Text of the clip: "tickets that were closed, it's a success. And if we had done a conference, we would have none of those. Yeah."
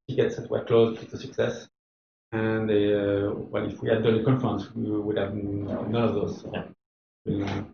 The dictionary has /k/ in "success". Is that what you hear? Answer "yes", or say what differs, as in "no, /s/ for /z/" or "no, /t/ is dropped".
yes